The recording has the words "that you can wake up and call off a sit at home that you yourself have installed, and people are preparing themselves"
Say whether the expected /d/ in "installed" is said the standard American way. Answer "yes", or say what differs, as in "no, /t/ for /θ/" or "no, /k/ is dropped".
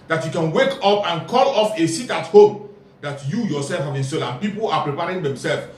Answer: no, /d/ is dropped